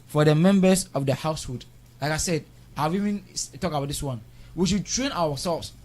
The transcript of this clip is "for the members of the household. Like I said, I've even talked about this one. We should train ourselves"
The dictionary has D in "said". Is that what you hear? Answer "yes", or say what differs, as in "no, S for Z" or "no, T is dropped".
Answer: yes